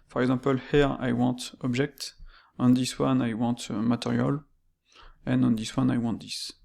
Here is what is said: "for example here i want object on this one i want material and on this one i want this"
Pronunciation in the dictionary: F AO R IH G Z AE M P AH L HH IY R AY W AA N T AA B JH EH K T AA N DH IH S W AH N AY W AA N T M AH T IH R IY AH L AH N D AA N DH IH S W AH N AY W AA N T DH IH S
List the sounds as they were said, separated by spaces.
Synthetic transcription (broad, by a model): F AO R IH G Z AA P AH L HH IY R AY W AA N T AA B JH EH K T AA N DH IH S W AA N AY W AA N T M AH T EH R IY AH L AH N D AA N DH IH S W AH N AY W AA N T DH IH S